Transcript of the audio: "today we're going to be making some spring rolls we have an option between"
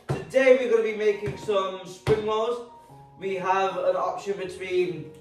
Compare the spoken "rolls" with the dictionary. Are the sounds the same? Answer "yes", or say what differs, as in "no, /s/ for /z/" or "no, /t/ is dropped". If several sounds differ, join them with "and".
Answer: no, /l/ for /ɹ/ and /l/ is dropped